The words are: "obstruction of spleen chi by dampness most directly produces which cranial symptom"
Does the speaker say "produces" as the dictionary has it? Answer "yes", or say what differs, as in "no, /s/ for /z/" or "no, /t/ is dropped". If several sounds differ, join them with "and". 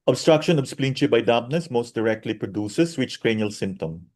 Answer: no, /s/ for /z/